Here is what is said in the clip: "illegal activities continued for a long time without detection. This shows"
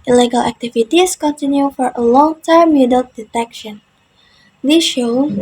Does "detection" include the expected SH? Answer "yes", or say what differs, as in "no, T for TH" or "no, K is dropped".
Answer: yes